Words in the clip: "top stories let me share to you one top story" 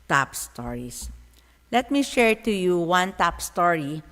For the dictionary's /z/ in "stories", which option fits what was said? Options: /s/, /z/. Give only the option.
/s/